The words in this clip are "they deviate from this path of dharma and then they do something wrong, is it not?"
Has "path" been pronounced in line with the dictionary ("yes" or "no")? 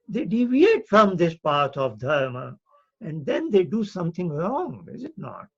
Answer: no